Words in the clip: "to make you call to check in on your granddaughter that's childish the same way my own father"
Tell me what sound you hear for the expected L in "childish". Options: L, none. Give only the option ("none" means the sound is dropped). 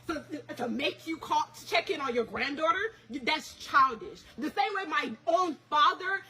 L